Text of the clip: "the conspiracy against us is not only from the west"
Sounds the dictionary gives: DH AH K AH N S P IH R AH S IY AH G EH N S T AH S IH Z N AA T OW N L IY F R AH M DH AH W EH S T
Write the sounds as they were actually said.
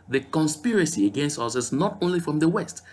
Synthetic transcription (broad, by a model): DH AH K AH N S P IH R AH S IY AH G EH N S T AH S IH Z N AA T OW N L IY F R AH M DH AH W EH S T